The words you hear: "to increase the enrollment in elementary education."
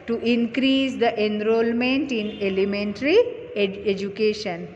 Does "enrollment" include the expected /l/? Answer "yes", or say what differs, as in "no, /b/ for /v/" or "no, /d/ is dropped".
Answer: yes